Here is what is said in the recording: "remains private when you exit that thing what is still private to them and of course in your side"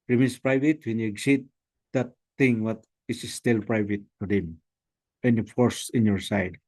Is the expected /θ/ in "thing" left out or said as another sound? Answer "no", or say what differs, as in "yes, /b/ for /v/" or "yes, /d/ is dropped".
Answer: yes, /t/ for /θ/